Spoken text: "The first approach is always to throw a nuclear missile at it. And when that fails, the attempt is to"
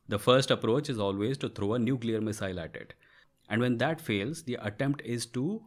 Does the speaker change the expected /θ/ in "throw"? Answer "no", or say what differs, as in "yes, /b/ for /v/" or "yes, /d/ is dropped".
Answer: yes, /t/ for /θ/